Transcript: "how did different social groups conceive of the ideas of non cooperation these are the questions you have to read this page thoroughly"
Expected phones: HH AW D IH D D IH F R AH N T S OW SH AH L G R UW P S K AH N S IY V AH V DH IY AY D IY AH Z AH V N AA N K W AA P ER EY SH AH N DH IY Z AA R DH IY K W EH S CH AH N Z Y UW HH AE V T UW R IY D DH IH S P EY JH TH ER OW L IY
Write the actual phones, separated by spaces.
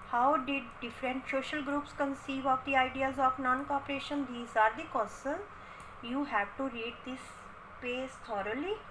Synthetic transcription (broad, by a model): HH AW D IH D D IH F R AH N T S OW SH AH L G R UW P S K AH N S IY V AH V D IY AY D IY AH Z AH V N AA N K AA P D EY SH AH N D IY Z AA R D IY K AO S AH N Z Y UW HH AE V T UW R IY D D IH S P EY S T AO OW L IY